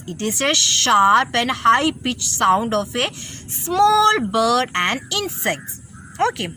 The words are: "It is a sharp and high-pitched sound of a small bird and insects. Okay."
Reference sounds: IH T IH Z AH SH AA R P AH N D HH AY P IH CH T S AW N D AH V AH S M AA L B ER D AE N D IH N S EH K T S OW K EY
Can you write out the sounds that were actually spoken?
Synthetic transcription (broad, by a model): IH T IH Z AH SH AA R P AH N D HH AY P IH CH S AW N D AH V AH S M AA L B ER D AE N D IH N S EH K T S OW K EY